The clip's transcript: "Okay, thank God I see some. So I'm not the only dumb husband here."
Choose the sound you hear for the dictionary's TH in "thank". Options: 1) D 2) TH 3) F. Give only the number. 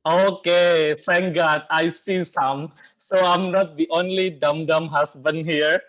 3